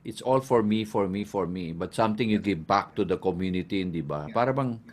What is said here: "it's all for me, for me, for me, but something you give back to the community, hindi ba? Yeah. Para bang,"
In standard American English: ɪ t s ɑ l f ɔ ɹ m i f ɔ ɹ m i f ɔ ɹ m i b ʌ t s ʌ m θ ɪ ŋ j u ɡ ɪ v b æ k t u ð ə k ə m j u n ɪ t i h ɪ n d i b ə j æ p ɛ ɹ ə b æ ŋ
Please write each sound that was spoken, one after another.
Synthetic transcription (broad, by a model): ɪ t s ɑ l f ɔ ɹ m i f ɔ ɹ m i f ɔ ɹ m i b ʌ t s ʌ m t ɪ ŋ j u ɡ ɪ v b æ k t u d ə k ə m j u n ɪ t i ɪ n d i b ə p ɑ ɹ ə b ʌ ŋ